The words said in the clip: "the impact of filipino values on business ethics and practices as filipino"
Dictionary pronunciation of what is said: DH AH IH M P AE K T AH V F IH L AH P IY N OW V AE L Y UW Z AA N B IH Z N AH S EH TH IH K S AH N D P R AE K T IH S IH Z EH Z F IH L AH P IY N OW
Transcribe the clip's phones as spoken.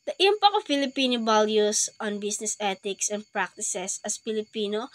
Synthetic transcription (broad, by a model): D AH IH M P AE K AH F IH L AH P IY N OW B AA L Y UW S AA N B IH S N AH S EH T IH K S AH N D P R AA K T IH S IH S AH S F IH L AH P IY N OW